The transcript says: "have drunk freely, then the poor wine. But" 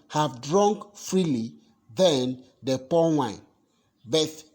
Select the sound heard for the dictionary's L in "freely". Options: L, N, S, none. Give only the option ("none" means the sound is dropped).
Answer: L